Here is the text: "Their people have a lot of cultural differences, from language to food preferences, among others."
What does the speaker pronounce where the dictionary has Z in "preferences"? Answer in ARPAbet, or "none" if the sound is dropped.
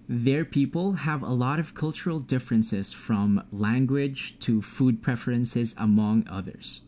Z